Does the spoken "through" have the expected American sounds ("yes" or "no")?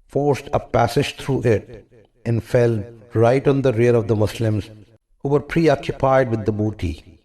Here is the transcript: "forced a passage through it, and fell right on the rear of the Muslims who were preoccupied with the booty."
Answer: no